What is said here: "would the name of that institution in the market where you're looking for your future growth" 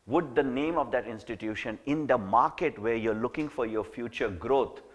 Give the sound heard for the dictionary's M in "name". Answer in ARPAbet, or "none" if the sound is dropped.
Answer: M